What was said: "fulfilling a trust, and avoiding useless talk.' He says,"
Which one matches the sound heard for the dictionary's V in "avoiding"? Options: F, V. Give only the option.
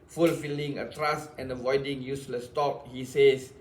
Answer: V